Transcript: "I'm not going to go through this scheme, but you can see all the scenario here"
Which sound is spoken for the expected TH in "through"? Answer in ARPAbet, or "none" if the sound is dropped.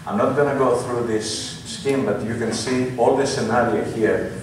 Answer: TH